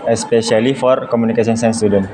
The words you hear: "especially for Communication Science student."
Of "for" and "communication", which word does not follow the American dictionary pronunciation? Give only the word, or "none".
communication